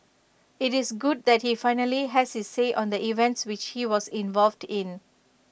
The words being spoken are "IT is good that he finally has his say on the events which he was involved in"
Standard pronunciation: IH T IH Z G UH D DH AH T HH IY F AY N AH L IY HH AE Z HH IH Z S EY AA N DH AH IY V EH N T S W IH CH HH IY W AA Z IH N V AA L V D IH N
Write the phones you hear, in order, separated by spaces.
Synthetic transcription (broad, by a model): IH T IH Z G UH D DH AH T HH IY F AY N AH L IY HH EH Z HH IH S EY AA N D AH IY V EH N T S W IH CH HH IY W AA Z IH N V AA L V D IH N